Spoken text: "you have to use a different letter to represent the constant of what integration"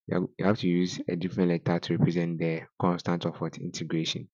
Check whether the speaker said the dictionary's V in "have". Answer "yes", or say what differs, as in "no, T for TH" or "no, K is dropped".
no, F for V